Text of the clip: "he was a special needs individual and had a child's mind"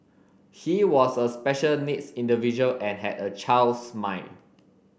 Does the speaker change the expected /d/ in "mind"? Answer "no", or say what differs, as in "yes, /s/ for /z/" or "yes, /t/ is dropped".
yes, /d/ is dropped